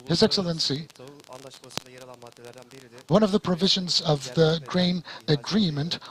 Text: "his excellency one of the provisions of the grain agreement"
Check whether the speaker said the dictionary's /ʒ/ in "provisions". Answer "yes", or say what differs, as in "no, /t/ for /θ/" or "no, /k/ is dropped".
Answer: yes